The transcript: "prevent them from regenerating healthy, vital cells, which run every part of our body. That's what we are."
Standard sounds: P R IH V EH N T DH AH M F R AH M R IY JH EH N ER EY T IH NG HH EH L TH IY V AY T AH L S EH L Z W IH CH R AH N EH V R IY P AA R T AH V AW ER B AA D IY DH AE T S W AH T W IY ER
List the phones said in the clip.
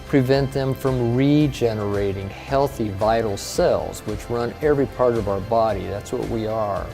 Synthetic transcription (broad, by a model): P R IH V EH N DH AH M F R AH M R IY JH EH N ER EY T IH NG HH EH L TH IY V AY T L S EH L Z W IH CH R AH N EH V R IY P AA R T AH V AW ER B AA D IY DH AE T S W AH T W IY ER